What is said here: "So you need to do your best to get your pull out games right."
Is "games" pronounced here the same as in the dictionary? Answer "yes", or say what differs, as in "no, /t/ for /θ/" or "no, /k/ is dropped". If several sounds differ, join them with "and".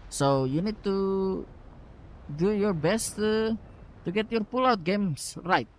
no, /s/ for /z/